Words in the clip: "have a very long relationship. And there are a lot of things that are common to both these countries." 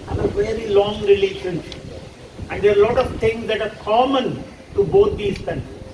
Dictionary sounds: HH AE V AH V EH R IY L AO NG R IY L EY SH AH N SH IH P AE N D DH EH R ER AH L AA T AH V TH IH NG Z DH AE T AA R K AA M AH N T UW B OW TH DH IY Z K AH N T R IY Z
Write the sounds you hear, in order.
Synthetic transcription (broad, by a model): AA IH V AH V EH R IY L AO NG R IY L EY SH AH N SH IH P AE N D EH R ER AH L AA T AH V T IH NG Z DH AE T AA R K AA M AH N T UW B OW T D IY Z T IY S